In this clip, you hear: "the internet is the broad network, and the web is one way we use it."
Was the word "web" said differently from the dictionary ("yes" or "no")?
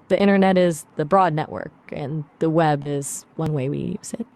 no